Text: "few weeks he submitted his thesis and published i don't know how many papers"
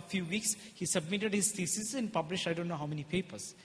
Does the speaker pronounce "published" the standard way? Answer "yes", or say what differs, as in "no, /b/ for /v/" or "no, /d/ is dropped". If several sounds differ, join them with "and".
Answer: no, /t/ is dropped